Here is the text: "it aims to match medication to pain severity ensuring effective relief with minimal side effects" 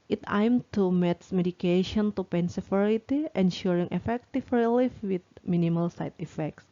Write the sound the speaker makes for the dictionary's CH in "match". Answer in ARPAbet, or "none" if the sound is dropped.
S